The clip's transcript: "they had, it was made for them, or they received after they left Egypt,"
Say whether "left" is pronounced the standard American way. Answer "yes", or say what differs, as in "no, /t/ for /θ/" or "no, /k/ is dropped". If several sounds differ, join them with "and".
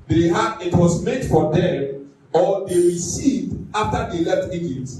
no, /f/ is dropped